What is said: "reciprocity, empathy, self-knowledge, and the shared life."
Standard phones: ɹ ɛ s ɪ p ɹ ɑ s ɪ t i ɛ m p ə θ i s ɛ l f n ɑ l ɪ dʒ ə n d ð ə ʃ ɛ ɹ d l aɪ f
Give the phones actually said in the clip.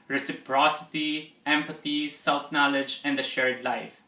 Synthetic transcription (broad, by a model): ɹ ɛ s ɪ p ɹ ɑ s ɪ t i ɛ m p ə t i s ɛ l f n ɑ l ɪ dʒ ə n d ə ʃ ɛ ɹ d l aɪ f